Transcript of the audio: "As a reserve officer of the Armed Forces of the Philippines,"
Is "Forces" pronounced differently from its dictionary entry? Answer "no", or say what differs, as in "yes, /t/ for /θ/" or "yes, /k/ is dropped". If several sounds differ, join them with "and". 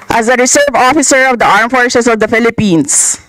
yes, /s/ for /z/